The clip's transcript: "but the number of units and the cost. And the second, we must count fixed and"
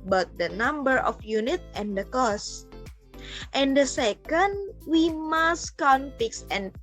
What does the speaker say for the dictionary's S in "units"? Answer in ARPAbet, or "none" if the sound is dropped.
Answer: none